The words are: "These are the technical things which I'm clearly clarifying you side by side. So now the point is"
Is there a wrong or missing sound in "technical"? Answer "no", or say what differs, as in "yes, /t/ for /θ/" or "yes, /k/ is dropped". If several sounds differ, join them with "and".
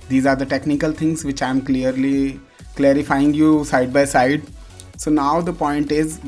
no